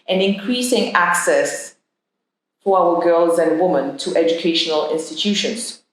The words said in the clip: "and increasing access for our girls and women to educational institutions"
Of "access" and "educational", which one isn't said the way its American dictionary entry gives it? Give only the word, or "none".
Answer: none